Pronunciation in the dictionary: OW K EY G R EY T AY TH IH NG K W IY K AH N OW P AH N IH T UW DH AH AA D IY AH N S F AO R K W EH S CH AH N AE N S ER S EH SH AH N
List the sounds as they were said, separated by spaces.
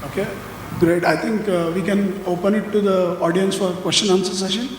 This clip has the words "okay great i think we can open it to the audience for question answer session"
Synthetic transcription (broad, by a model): OW K EY G R EY T AY T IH NG K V IY K AH N OW P AH N IH T UW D AH AA D IY AH N S F AO R K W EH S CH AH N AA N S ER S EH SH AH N